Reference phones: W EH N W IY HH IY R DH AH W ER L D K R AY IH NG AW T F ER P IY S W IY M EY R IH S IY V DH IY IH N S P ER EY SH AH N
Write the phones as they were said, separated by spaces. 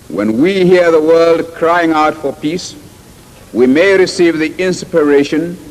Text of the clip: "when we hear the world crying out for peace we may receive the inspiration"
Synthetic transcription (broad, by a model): W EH N W IY HH IY R DH AH W ER L D K R AY IH NG AW T F ER P IY S W IY M EY R IH S IY V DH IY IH N S P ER EY SH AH N